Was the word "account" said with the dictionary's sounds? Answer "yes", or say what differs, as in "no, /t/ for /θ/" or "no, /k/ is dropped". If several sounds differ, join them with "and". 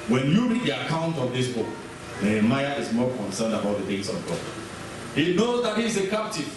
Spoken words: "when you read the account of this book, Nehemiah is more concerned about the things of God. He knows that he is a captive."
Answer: yes